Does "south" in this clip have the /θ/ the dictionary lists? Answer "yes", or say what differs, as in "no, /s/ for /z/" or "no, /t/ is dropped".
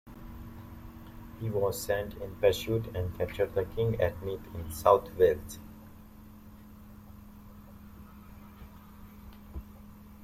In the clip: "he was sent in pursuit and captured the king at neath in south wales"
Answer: no, /t/ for /θ/